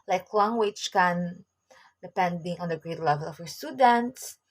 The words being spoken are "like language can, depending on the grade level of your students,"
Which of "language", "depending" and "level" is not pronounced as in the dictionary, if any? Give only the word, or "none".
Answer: language